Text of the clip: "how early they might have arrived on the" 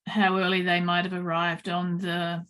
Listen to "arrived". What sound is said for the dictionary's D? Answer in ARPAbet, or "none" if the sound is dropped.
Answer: D